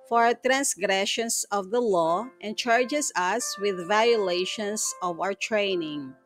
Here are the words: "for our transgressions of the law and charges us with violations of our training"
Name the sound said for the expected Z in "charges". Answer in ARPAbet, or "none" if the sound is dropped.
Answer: S